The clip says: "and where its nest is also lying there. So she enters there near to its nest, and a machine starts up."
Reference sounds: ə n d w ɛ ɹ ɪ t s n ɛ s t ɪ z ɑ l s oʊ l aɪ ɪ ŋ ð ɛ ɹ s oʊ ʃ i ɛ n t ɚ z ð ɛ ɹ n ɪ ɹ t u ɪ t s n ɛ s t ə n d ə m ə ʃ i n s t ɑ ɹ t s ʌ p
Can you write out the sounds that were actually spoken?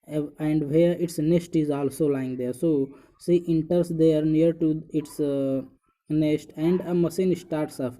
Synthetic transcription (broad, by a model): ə n d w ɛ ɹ ɪ t s n ɛ s t ɪ z ɑ l s oʊ l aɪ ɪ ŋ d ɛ ɹ s oʊ s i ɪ n t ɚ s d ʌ ɹ n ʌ ɹ t u ɪ t s n ɛ s t ə n d ə m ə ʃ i n s t ɑ ɹ t s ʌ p